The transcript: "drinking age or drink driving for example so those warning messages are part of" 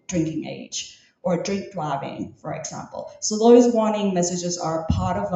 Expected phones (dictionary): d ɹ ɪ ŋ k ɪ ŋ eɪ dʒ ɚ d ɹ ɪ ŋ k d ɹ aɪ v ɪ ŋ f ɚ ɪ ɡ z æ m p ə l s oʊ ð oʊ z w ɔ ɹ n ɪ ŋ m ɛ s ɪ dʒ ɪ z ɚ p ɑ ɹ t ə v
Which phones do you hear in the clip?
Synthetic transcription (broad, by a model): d ɹ ɪ ŋ k ɪ ŋ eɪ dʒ ɚ d ɹ ɪ ŋ k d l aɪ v ɪ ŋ f ɚ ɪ ɡ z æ m p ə l s oʊ ð oʊ z w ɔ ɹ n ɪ ŋ m ɛ s ɪ dʒ ɪ z ɚ p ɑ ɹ t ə v